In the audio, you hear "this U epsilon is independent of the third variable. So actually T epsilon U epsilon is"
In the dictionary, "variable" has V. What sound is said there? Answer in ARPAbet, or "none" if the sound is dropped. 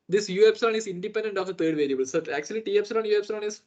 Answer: V